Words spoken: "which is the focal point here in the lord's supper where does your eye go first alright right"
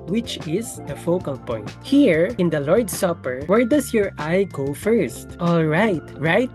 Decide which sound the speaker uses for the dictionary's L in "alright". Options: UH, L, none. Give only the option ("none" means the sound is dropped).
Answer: L